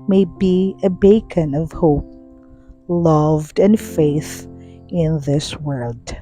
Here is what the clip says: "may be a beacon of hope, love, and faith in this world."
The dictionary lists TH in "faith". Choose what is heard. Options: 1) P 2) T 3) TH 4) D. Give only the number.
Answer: 3